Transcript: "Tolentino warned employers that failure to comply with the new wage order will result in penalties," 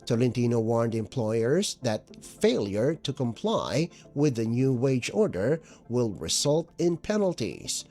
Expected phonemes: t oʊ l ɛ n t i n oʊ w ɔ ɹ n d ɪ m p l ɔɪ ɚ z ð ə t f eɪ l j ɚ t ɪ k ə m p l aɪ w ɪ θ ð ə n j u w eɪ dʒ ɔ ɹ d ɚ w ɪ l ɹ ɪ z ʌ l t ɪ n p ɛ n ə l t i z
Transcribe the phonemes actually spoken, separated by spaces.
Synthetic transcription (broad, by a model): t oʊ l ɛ n t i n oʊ w ɔ ɹ n d ɪ m p l ɔɪ ɚ z ð ə t f eɪ l j ɚ t ɪ k ə m p l aɪ w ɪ ð ə n j u w eɪ dʒ ɔ ɹ d ɚ w ɪ l ɹ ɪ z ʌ l t ɪ n p ɛ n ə l t i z